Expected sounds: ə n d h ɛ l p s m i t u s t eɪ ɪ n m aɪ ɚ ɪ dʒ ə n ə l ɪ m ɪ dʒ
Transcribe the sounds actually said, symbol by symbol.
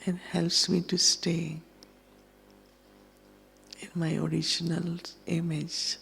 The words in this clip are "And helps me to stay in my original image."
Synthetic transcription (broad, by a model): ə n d h ɛ l p s m i t u s t eɪ ɪ n m aɪ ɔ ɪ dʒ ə n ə l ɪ m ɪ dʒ